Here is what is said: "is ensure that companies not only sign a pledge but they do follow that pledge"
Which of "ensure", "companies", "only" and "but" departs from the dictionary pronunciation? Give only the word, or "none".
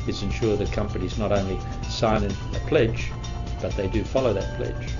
none